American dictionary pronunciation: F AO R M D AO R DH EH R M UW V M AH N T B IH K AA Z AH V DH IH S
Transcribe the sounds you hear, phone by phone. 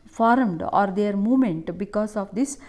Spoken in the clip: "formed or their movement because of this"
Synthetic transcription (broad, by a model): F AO R M D AO R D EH R M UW M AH N T B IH K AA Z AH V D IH S